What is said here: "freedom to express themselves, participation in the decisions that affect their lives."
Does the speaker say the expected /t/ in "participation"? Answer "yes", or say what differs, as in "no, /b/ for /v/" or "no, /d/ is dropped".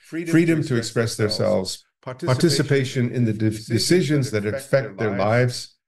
yes